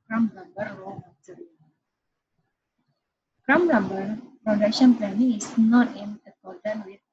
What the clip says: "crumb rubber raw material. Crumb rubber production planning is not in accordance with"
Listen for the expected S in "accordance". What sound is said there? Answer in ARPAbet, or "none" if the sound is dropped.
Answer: none